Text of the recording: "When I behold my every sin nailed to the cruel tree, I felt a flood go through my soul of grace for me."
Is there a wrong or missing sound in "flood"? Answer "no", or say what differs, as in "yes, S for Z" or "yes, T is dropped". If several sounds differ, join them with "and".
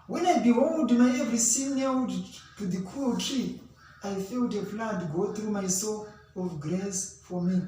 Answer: yes, P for F